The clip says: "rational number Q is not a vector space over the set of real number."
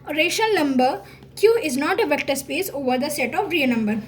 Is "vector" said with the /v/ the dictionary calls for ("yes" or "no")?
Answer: yes